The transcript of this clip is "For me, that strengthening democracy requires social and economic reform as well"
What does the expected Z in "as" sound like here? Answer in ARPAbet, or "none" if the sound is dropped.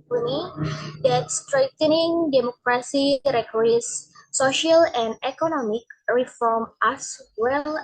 S